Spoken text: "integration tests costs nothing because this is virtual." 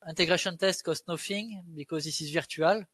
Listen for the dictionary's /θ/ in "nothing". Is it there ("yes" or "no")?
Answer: no